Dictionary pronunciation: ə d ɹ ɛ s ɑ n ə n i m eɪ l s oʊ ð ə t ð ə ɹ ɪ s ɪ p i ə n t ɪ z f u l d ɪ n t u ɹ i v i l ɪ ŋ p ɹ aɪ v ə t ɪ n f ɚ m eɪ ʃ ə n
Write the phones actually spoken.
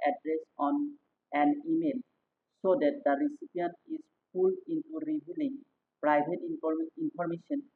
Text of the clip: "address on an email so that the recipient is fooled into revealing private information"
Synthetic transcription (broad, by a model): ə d ɹ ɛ s ɑ n ə n i m eɪ l s oʊ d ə t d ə ɹ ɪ s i p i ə n t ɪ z p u l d ɪ n t u ɹ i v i l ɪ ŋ p ɹ aɪ b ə t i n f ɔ m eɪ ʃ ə n